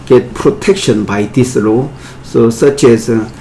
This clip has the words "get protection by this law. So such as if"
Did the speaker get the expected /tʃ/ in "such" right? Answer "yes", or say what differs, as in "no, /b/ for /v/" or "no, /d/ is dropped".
yes